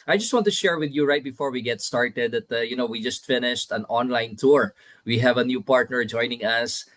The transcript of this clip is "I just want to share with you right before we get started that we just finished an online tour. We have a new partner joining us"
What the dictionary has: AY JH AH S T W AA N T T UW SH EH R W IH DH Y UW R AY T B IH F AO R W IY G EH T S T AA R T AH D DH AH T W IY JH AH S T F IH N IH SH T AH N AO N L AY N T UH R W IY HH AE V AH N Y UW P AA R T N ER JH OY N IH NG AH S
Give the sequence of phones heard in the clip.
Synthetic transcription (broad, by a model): AY JH AH S T W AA N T T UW SH EH R W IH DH Y UW R AY T B IH F AO R W IY G EH T S T AA R T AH D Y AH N W IY JH AH S T F IH N IH SH T AH N AO N L AY N T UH R W IY HH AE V AH N Y UW P AA R T N ER JH OY N IH NG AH S